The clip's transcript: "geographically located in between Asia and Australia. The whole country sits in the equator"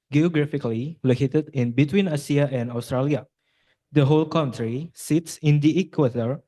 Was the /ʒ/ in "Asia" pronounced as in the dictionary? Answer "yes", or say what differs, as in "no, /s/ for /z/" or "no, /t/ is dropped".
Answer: no, /s/ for /ʒ/